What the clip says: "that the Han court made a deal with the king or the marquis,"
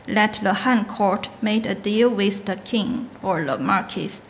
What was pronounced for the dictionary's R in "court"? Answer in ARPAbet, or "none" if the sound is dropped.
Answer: R